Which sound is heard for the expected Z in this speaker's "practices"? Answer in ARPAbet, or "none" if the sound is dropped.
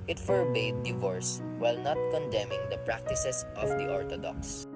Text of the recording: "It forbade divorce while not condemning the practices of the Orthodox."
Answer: S